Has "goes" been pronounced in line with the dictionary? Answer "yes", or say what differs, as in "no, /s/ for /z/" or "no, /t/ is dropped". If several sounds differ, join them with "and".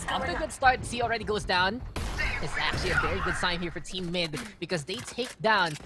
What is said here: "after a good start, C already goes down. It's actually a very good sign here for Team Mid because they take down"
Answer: yes